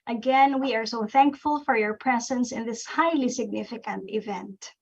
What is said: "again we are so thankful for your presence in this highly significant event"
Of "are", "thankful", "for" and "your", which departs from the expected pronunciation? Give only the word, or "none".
none